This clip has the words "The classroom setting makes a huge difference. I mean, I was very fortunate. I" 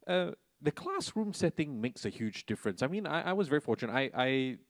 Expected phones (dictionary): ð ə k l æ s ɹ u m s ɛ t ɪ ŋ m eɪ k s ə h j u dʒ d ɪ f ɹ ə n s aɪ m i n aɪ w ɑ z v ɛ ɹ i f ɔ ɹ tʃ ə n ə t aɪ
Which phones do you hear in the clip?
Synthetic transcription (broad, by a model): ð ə k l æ s ɹ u m s ɛ t ɪ ŋ m eɪ k s ə h j u dʒ d ɪ f ɹ ə n s aɪ m i n aɪ w ɑ z v ɛ ɹ i f ɔ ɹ tʃ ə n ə t aɪ